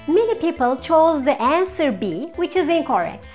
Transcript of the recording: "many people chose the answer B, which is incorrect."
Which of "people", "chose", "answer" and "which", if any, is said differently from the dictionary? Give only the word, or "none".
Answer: none